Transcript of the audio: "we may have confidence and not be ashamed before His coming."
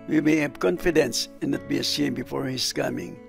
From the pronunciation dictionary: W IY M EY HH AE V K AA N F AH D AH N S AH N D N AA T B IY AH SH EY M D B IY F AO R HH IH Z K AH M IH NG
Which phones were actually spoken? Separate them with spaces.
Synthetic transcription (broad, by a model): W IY M EY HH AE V K AA N F AH D AH N S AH N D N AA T B IY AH S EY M B IY F AO R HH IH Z K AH M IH NG